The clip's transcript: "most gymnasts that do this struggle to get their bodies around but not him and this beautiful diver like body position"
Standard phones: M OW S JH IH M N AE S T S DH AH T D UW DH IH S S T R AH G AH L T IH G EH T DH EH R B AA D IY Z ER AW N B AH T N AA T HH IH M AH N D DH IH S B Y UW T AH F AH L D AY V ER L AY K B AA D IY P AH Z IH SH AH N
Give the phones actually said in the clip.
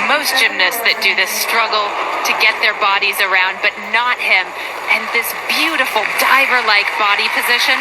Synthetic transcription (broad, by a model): M OW S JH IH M N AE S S DH AH T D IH DH IH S S T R AH G L T IH G EH T DH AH R B AA D IY Z ER AW N B AH T N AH T HH IH M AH N DH IH S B Y UW T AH F L D AY V ER L AY K B AA D IY P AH Z IH SH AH N